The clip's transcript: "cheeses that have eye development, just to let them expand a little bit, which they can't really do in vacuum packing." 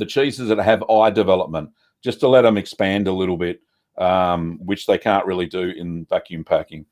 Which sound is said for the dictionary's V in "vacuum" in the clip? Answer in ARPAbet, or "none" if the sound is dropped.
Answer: V